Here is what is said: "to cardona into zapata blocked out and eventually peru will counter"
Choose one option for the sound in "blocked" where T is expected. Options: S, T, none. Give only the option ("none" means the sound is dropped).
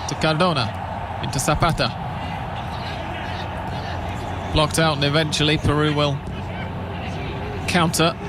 T